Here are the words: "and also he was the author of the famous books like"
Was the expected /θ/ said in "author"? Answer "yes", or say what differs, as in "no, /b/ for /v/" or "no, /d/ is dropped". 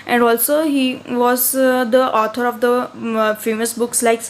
no, /t/ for /θ/